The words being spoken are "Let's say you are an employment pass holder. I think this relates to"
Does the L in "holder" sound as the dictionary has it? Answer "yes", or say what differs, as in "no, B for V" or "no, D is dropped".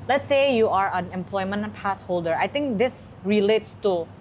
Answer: yes